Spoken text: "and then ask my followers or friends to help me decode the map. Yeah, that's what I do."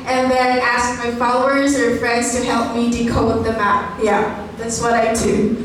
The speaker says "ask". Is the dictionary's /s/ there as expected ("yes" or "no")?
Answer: yes